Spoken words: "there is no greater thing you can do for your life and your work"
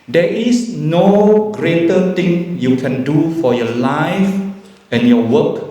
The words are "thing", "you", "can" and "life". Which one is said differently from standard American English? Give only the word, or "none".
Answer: thing